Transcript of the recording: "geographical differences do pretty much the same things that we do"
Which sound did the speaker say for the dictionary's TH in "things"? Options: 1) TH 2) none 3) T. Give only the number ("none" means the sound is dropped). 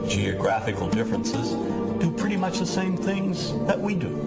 1